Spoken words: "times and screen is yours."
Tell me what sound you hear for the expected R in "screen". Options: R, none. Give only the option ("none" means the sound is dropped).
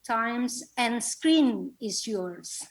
R